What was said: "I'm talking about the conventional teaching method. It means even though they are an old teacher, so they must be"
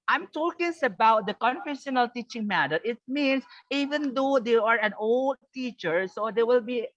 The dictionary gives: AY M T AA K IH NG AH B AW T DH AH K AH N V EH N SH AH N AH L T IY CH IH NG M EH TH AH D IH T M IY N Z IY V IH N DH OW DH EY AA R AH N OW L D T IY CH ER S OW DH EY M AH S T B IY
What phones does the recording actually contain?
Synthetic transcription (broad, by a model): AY M T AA K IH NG AH B AW T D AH K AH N F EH SH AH N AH L T IY CH IH NG M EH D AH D IH T M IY N S IY V IH N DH OW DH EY AA R AH N OW L D T IY CH ER S OW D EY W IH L B IY